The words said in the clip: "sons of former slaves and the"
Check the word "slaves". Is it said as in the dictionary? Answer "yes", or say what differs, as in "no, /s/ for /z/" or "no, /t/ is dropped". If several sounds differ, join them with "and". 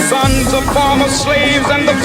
yes